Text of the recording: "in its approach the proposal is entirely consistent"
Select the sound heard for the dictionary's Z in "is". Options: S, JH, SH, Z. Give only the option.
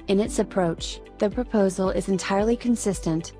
Z